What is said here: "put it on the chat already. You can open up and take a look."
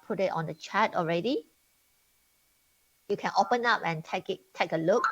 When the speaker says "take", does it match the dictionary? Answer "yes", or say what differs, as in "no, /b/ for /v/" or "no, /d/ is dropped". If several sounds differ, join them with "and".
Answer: yes